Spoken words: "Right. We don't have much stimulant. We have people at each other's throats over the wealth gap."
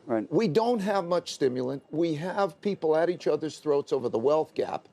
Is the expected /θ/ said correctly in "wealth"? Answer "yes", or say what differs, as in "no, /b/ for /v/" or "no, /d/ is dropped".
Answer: yes